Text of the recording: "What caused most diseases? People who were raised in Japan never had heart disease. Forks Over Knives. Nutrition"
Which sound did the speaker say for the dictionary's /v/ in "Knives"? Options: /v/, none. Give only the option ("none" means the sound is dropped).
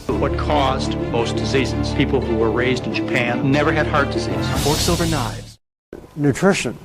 /v/